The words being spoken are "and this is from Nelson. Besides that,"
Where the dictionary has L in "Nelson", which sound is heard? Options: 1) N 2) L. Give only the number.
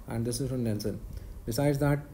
1